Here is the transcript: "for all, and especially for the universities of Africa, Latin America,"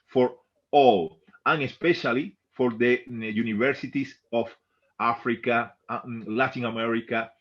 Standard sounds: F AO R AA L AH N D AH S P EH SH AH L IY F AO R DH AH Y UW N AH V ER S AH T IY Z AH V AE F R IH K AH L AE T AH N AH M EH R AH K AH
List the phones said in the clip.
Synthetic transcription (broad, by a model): F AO R AA L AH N AH S P EH SH AH L IY F AO R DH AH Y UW N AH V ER S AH T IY S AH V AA F R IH K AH L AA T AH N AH M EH R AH K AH